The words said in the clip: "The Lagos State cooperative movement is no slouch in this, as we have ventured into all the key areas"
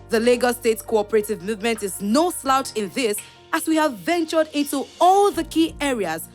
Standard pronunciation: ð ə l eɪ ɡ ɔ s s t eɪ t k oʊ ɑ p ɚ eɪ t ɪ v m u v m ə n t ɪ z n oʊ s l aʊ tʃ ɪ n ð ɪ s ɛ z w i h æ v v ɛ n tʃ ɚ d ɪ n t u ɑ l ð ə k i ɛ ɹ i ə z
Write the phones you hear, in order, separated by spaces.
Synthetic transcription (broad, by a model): ð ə l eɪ ɡ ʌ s s t eɪ t k oʊ ɑ p ɚ eɪ t ɪ v m u v m ə n t ɪ z n oʊ s l aʊ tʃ ɪ n ð ɪ s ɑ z w i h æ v v ɛ n tʃ ɚ d ɪ n t u ɑ l ð ə k i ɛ ɹ i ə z